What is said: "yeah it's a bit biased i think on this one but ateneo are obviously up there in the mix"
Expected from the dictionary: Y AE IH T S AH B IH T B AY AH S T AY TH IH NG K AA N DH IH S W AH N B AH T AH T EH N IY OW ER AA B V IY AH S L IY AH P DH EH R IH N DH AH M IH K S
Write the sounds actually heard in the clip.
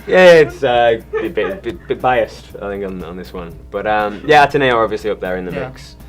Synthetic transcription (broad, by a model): Y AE IH T S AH B IH T B AY AH S T AY TH IH NG K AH N DH IH S W AH N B AH T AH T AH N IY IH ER AA B V IY AH S L IY AH P DH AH R IH N DH AH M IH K S